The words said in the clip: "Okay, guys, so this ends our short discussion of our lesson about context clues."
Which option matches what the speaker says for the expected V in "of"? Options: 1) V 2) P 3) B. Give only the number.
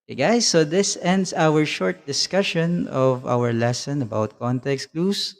1